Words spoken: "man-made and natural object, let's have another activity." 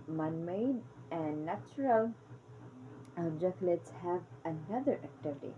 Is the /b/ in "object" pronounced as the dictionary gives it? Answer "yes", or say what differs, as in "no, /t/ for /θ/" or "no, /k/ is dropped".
no, /b/ is dropped